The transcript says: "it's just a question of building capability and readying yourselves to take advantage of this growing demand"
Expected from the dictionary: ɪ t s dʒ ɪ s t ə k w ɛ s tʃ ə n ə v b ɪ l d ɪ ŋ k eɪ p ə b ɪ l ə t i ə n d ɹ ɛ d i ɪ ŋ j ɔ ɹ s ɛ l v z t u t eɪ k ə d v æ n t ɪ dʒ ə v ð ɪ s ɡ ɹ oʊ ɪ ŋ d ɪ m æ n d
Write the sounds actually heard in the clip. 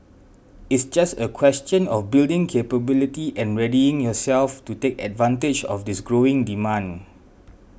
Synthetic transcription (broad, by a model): ɪ t s dʒ ɪ s t ə k w ɛ s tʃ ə n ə f b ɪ l d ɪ ŋ k eɪ p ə b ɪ l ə t i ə n ɹ ɛ d i ɪ ŋ j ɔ s ɛ l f t u t eɪ k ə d v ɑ n t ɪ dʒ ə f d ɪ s ɡ ɹ oʊ ɪ ŋ d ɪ m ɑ n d